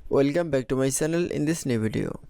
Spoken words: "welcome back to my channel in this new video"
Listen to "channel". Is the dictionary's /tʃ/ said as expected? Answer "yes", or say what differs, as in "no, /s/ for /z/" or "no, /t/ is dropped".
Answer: no, /s/ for /tʃ/